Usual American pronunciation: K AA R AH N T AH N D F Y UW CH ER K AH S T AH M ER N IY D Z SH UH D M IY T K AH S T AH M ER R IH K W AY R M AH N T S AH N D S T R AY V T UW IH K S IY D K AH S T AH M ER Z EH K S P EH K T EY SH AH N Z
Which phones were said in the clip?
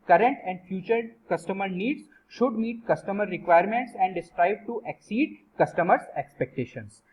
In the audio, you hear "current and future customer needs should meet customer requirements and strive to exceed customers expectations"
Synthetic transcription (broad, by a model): K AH R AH N T AH N D F Y UW CH ER K AH S T AH M ER N IY D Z SH UH D M IY T K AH S T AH M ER R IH K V AY R M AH N T S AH N D S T R AY B T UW IH K S IY D K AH S T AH M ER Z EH K S P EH K T EY SH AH N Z